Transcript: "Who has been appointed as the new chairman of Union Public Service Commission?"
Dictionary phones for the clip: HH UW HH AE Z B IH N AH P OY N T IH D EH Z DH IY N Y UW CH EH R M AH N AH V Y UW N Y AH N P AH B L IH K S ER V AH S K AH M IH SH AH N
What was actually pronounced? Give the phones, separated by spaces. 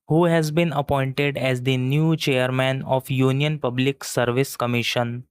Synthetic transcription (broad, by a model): HH UW HH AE Z B IH N AH P OY N T IH D EH Z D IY N Y UW CH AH R M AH N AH F Y UW N Y AH N P AH B L IH K S ER V AH S K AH M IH SH AH N